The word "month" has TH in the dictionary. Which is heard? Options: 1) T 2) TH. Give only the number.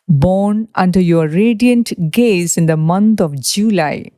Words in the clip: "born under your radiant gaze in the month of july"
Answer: 1